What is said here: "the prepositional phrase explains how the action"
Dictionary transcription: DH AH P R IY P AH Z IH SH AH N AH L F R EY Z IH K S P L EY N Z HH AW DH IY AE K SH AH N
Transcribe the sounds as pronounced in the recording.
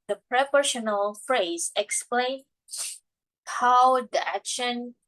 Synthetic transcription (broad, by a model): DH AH P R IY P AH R SH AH N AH L F R EY Z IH K S P L EY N HH AW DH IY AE K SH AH N